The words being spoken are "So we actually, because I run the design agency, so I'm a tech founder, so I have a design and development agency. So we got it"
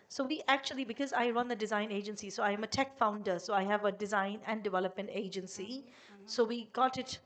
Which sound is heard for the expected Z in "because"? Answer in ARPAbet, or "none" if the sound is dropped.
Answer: Z